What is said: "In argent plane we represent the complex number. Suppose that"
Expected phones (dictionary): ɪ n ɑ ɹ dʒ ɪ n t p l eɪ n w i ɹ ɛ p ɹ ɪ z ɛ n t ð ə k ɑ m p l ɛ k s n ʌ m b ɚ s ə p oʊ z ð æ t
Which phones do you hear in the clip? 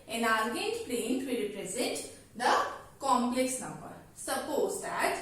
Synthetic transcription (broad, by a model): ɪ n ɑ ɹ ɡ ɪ t p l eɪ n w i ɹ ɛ p ɹ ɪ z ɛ n t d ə k ɑ m p l ɛ k s n ʌ m b ɚ s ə p oʊ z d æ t